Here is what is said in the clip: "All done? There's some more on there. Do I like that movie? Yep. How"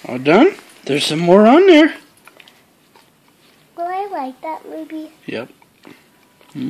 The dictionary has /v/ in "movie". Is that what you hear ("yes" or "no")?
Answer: no